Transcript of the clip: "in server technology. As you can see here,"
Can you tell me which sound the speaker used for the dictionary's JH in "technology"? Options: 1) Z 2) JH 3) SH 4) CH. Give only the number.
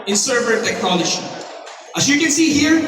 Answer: 3